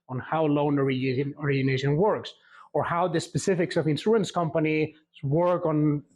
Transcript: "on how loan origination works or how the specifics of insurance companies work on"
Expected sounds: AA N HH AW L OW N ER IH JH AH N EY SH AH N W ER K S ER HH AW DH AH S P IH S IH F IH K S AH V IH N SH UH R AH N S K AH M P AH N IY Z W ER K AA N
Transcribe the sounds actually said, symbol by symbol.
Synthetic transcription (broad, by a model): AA N HH AW L OW N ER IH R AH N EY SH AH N W ER K S ER HH AW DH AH S P IH S IH F IH K S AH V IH N S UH AH N S K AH M P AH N IY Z W ER K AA N